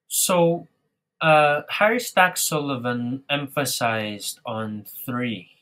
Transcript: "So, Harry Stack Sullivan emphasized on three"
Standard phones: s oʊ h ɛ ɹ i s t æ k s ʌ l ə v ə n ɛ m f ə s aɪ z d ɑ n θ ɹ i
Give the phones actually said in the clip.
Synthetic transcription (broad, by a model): s oʊ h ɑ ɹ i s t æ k s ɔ l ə v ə n ɛ m f ə s aɪ z d ɑ n θ ɹ i